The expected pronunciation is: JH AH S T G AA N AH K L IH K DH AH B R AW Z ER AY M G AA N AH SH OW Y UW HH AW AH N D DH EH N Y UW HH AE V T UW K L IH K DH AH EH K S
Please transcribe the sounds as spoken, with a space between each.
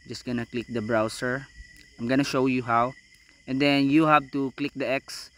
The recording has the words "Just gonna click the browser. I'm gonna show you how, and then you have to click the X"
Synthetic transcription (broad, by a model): JH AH S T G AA N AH K L IH K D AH B R AW S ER AY M G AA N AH SH OW Y UW HH AW AH N D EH N Y UW HH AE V T UW K L IH K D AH EH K S